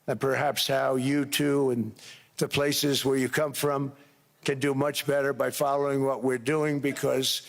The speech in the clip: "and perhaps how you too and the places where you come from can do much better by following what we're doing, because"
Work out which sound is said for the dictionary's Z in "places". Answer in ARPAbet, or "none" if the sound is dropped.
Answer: Z